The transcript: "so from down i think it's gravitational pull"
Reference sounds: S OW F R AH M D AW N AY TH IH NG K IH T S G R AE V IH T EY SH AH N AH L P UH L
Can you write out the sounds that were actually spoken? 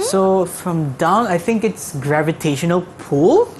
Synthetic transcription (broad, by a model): S OW F R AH M D AW N AY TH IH NG K IH T S G R AE V IH T EY SH AH N AH L P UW L